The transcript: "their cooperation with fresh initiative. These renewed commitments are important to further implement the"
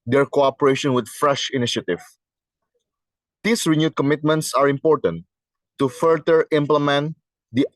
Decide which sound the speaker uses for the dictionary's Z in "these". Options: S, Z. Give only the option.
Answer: S